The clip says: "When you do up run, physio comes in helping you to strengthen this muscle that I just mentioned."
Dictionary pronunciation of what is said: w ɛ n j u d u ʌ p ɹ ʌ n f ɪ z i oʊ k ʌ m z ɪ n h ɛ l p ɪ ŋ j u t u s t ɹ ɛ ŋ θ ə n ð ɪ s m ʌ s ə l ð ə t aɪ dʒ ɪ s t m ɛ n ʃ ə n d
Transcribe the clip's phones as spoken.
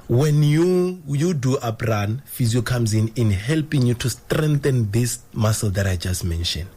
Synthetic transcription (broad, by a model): w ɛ n j u d u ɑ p ɹ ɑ n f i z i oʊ k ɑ m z ɪ n h ɛ l p ɪ ŋ j u t u s t ɹ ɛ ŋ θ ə n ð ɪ s m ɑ s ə l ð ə t aɪ dʒ ɪ s t m ɛ n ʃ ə n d